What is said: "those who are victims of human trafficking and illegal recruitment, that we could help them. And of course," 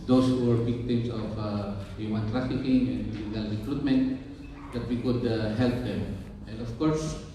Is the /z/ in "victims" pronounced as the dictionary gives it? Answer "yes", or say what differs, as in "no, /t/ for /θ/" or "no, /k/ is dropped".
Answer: no, /s/ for /z/